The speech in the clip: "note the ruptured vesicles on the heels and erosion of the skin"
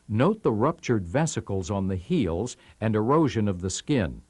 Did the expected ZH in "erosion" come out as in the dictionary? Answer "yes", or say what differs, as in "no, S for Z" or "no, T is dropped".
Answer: yes